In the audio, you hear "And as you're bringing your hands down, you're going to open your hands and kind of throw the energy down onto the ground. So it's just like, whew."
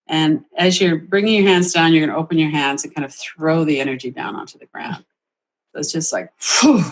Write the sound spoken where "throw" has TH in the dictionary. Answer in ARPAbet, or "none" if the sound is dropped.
TH